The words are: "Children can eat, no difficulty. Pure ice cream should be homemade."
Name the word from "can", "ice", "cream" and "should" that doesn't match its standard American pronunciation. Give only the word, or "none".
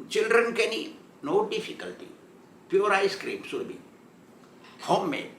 should